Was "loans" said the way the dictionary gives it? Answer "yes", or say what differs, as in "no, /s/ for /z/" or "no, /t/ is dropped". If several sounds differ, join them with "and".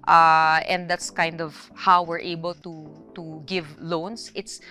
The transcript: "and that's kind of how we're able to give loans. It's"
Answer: no, /s/ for /z/